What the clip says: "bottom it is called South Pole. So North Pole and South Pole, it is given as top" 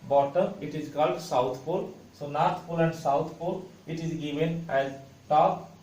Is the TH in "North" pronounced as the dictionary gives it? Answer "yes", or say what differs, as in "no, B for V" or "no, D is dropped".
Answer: no, T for TH